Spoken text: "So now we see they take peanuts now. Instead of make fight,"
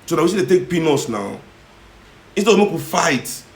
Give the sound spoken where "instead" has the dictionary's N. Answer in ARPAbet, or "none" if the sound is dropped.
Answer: none